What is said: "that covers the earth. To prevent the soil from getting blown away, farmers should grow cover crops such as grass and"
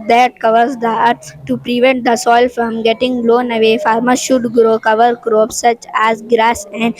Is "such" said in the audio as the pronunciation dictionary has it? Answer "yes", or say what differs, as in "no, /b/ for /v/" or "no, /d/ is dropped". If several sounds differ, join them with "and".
yes